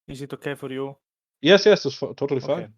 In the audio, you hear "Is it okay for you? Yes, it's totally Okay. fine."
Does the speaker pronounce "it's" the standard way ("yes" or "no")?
no